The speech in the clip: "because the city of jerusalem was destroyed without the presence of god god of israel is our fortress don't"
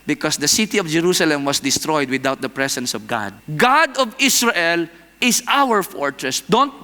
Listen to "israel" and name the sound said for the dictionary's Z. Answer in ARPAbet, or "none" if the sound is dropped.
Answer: S